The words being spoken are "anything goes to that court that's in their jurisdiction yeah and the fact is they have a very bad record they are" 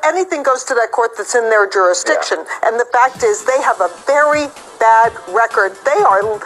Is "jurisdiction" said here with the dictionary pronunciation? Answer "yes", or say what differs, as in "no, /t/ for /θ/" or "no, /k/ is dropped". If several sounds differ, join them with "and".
yes